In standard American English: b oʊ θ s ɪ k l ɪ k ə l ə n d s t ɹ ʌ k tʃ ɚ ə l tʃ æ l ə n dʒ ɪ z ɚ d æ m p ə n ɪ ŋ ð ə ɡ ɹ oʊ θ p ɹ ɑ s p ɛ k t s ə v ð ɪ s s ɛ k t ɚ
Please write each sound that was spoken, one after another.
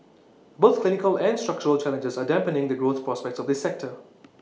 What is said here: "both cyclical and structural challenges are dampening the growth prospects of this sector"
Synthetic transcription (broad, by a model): b oʊ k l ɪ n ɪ k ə l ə n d s t ɹ ʌ k tʃ ɚ ə l tʃ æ l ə n dʒ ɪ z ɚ d æ m p ə n ɪ ŋ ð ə ɡ ɹ oʊ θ p ɹ ɑ s p ɛ k t s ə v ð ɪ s s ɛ k t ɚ